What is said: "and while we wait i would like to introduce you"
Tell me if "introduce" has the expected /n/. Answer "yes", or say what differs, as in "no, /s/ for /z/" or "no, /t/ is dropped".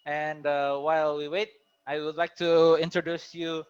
yes